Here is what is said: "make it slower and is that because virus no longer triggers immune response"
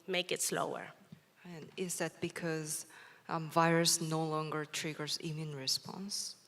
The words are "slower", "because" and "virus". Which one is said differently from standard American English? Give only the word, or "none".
none